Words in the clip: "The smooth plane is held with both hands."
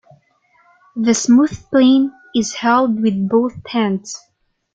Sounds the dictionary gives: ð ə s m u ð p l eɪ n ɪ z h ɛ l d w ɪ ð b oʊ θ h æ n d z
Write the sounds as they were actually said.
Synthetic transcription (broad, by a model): ð ə s m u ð p l eɪ n ɪ z h ɛ l d w ɪ ð b oʊ θ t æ n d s